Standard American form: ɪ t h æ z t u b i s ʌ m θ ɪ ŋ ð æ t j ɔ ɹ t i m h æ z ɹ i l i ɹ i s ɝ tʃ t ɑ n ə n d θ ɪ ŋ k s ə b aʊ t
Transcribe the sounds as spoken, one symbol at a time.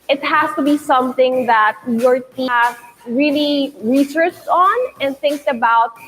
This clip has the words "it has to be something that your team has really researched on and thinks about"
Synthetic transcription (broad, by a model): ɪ t h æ s t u b i s ʌ m θ ɪ ŋ ð æ t j ɔ ɹ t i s ɹ i l i ɹ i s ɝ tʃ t ɑ n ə n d θ ɪ ŋ k s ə b aʊ t